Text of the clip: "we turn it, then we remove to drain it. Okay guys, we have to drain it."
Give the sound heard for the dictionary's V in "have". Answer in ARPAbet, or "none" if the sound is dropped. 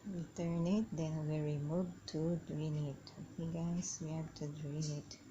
B